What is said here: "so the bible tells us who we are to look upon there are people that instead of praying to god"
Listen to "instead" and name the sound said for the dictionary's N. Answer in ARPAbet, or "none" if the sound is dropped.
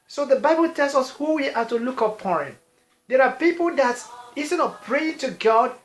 none